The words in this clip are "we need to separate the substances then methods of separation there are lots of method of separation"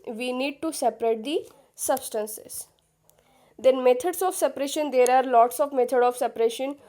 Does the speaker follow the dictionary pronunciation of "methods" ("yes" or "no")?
no